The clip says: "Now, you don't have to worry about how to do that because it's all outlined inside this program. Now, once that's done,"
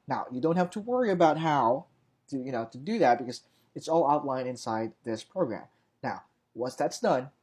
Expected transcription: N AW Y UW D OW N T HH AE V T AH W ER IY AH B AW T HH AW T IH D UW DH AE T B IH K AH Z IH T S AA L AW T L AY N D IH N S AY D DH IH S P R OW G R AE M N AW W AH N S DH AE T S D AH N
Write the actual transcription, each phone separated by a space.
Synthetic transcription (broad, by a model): N AW Y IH D OW N T HH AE F T AH W ER IY AH B AW T HH AW T IH D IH DH AE T B IH K AH Z IH T S AA L AW T L AY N IH N S AY D DH IH S P R OW G R AE M N AW W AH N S DH AE T S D AH N